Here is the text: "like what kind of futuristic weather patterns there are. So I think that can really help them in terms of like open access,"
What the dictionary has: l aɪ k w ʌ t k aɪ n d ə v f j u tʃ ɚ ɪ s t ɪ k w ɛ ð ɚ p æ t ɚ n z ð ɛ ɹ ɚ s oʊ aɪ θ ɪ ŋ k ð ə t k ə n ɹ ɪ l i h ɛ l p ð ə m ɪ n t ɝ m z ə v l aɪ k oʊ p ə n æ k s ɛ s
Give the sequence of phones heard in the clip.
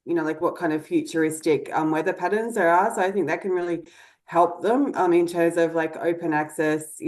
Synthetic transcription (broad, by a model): l aɪ k w ʌ t k aɪ n d ə v f j u tʃ ɚ ɪ s t ɪ k w ɛ ð ɚ p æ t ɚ n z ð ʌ ɹ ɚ s oʊ aɪ θ ɪ ŋ k ð ə t k ə n ɹ ɪ l i h ɛ l p ð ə m ɪ n t ɝ m z ə v l aɪ k oʊ p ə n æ k s ɛ s